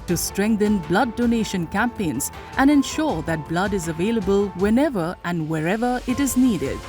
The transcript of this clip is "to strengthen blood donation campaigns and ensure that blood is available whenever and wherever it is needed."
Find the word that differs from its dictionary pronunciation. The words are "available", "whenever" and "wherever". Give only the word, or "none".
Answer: none